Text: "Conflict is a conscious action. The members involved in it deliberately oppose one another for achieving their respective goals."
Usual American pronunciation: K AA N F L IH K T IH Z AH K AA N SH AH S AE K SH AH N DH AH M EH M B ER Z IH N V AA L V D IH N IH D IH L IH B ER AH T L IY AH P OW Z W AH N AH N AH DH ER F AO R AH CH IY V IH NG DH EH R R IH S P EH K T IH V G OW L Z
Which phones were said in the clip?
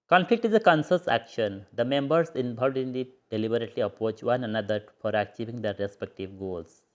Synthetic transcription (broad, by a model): K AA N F L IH K T IH Z AH K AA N S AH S AE K SH AH N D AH M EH M B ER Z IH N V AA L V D IH N IH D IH L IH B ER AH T L IY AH P OW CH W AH N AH N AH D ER F AO R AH CH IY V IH NG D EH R R IH S P EH K T IH V G OW L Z